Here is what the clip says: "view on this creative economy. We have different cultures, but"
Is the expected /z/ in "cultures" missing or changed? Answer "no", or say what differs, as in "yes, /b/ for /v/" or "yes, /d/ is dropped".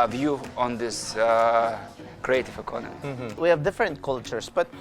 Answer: yes, /s/ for /z/